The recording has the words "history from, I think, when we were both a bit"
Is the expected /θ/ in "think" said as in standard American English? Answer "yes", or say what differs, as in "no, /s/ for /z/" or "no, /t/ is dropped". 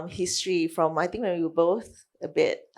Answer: no, /t/ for /θ/